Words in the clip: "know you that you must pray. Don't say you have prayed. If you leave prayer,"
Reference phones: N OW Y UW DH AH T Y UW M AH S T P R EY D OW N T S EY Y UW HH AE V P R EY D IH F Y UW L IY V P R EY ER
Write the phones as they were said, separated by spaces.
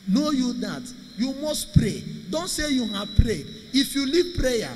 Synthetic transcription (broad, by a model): N OW Y UW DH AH T Y UW M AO S T P R EY D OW N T S EY Y UW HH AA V P R EY IH F Y UW L IY V P R EY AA